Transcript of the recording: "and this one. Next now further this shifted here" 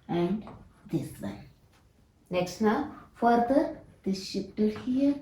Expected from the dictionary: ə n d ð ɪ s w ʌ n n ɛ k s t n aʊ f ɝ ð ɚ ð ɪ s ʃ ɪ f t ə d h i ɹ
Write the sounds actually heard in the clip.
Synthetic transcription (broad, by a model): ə n d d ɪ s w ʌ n n ɛ k s t n aʊ f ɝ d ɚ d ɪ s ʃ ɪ p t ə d h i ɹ